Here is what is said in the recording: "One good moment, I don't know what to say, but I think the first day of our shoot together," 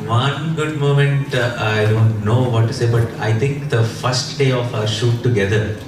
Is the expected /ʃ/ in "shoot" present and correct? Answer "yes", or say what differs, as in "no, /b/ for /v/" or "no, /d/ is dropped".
yes